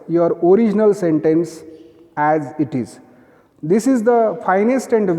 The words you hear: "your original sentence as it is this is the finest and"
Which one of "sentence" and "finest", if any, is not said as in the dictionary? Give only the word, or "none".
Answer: none